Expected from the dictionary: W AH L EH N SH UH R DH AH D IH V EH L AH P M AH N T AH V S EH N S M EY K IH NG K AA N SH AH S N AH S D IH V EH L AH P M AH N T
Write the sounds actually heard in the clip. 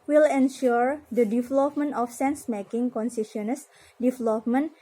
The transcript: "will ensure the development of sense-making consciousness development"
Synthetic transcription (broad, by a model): W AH L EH N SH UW R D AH D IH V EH L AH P M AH N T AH F S EH N S M EY K IH NG K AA N S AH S N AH S D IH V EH L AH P M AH N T